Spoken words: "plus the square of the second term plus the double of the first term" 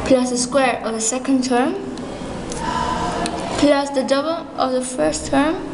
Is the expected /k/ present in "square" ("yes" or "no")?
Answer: yes